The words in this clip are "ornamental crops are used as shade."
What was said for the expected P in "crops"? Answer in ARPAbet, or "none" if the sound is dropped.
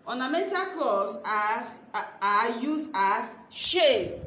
B